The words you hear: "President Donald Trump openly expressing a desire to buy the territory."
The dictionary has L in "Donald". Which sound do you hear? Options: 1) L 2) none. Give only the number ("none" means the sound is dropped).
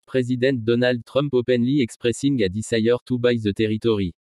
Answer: 1